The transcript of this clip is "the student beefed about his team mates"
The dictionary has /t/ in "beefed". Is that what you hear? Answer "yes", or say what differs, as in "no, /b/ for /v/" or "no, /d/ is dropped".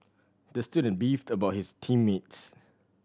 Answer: yes